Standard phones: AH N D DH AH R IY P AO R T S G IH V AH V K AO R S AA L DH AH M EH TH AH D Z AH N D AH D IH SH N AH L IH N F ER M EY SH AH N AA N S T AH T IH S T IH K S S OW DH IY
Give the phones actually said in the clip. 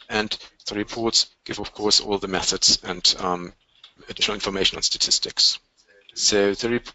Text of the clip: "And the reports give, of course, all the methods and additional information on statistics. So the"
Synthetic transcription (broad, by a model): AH N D DH AH R IY P AO R T S G IH V AH V K AO R S AA L DH AH M EH TH AH D Z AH N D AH D IH SH N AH L IH N F ER M EY SH AH N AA N S T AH T IH S T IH K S S OW DH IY